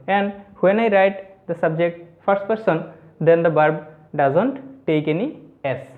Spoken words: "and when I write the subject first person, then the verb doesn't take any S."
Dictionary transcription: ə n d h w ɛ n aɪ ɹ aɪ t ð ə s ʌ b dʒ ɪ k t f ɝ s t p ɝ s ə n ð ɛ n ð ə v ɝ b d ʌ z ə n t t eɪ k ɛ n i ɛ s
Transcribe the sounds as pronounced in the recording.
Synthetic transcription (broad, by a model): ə n d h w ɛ n aɪ ɹ aɪ t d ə s ʌ b dʒ ɪ k t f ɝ s t p ɝ s ə n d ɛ n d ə b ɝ b d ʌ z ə n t t eɪ k ɛ n i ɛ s